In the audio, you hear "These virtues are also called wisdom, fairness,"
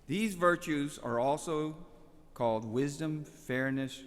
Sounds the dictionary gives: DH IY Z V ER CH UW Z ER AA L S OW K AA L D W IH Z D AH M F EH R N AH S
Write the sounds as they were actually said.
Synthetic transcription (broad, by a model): DH IY Z V ER CH UW Z ER AA L S OW K AA L D W IH Z D AH M F EH R N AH S